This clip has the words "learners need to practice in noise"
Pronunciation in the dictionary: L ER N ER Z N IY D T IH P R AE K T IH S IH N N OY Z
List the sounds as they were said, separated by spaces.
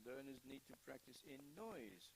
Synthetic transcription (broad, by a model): L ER N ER Z N IY D T IH P R AE K T IH S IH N N OY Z